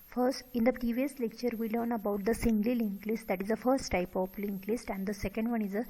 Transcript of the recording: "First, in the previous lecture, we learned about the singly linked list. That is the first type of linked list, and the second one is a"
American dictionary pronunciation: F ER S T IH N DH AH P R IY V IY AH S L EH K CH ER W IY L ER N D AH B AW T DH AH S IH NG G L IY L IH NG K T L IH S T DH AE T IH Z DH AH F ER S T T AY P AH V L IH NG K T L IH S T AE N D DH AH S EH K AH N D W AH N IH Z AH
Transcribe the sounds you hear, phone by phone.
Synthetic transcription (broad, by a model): F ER S T IH N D AH P R IY V IY AH S L EH K CH ER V IY L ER N AH B AW T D AH S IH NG G L IY L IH NG K L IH S T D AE T IH Z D AH F ER S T T AY P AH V L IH NG K L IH S T AE N D AH S EH K AH N D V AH N IH Z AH